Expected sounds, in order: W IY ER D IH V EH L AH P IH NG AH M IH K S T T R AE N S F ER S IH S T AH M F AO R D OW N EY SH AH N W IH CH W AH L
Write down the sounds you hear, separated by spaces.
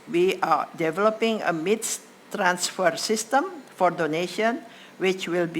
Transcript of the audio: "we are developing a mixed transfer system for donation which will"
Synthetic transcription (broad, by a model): W IY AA D IH V EH L AH P IH NG AH M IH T S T T R AE N S F ER S IH S T AH M F AO R D OW N EY SH AH N W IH CH W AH L